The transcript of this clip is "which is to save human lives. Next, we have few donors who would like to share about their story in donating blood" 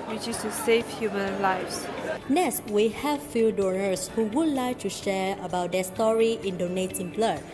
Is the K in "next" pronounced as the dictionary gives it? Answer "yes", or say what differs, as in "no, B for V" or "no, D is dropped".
no, K is dropped